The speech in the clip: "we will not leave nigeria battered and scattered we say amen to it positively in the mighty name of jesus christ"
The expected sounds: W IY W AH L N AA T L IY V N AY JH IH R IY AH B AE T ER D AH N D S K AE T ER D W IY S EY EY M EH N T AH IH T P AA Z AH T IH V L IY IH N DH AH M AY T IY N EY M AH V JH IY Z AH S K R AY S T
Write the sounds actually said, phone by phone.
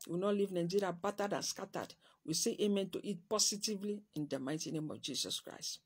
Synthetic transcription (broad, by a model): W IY N AA T L IY V N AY JH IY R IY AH B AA T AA D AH N S K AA T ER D W IY S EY EY M EH N T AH IH T P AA S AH T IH V L IY IH N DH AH M AY T IY N EY M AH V JH IY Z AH S K R AY S T